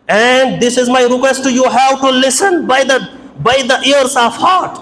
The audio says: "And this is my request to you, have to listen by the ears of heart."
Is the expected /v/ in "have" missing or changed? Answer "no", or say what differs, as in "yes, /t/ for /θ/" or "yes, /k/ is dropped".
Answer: yes, /w/ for /v/